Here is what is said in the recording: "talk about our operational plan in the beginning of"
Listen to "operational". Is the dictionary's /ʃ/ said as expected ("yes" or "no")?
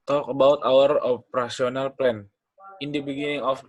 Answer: no